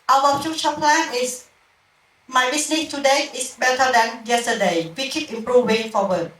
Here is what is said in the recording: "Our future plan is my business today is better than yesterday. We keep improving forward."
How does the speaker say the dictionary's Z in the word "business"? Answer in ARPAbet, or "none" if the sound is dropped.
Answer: S